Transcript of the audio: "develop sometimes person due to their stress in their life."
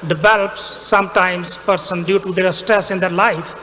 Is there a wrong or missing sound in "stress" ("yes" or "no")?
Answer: no